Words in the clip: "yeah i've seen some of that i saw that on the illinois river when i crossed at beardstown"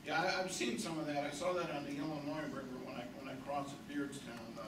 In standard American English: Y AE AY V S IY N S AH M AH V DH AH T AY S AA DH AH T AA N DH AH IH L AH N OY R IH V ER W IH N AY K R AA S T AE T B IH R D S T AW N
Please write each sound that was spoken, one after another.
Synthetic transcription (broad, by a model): Y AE AY V S IY N S AH M AH V DH AH T AY S AA DH AH T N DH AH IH L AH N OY R IH V ER W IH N AY K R AA S AH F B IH R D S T AW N